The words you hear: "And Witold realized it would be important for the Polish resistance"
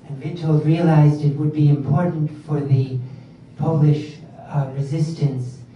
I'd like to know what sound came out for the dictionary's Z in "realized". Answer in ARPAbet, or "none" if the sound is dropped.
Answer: Z